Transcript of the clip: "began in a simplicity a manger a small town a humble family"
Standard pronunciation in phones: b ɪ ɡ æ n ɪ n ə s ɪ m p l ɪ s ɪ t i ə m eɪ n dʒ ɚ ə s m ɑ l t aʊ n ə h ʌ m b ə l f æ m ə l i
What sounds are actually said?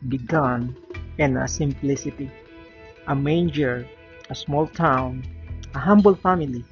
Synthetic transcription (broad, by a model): b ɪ ɡ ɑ n ɪ n ə s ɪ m p l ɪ s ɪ t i ə m eɪ n dʒ ɚ ə s m ɑ l t aʊ n ə h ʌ m b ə l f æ m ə l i